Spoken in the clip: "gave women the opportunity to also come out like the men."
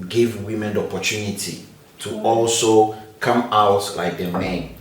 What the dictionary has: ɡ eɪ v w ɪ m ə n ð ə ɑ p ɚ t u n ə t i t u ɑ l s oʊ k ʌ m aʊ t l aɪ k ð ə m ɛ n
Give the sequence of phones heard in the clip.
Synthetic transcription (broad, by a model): ɡ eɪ v w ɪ m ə n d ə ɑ p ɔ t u n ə t i t u ɑ l s oʊ k ʌ m aʊ t l aɪ k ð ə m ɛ n